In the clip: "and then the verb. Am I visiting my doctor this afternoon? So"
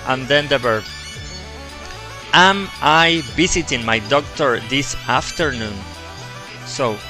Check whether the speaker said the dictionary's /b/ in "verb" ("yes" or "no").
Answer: no